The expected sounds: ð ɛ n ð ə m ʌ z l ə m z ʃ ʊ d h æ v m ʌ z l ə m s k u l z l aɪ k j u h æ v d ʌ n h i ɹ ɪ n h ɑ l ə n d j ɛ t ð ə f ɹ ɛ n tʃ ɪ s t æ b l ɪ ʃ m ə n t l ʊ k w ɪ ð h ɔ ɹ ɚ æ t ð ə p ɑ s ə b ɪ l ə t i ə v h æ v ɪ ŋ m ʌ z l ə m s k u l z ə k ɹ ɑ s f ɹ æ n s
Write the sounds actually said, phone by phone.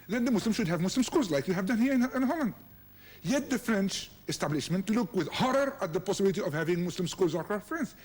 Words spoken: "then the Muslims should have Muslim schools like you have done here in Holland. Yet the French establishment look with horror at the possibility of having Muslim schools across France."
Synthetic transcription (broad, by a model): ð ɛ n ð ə m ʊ s l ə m ʃ ʊ d h æ v m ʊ s l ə m s k u l z l aɪ k j u h æ v d ʌ n h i ɹ ɪ n h ɑ l ə n d j ɛ t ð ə f ɹ ɛ n tʃ ɪ s t æ b l ɪ ʃ m ə n t l ʊ k w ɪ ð h ɔ ɹ ɚ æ t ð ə p ɑ s ə b ɪ l ə t i ə v h æ v ɪ ŋ m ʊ s l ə m s k u l z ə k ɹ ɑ f ɹ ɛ n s